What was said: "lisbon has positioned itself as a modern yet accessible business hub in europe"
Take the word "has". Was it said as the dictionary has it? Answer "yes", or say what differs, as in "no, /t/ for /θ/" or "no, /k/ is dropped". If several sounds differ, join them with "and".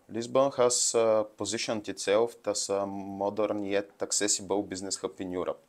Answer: no, /s/ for /z/